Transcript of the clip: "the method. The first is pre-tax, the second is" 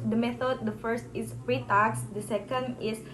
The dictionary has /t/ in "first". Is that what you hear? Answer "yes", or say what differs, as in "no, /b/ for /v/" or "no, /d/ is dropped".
yes